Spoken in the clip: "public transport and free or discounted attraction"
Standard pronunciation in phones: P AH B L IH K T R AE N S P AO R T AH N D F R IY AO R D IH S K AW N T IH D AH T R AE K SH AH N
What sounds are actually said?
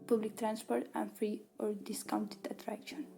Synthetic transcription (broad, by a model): P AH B L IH K T R AE N S P AO R T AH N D F R IY AO R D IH S K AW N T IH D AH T R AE K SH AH N